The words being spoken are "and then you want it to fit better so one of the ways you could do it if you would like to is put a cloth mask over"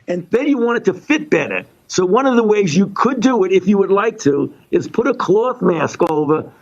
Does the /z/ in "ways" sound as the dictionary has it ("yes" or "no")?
yes